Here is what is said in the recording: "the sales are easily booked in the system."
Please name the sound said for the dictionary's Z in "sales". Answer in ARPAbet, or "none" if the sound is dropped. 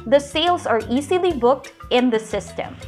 Z